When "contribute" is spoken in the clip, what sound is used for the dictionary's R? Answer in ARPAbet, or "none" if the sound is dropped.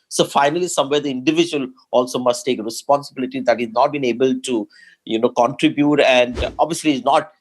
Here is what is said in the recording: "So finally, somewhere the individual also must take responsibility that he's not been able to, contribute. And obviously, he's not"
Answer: R